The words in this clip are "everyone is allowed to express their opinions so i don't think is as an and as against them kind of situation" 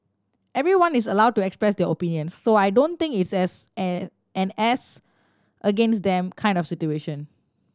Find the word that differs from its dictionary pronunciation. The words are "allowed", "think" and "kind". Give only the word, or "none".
think